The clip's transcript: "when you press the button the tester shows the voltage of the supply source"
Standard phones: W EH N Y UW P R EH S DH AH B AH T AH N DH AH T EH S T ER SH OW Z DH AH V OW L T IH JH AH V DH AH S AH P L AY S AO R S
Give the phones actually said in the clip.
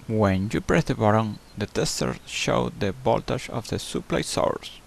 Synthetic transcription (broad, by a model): W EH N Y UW P R EH S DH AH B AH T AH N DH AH T EH S T ER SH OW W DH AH B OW L T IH SH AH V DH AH S AH P L AY S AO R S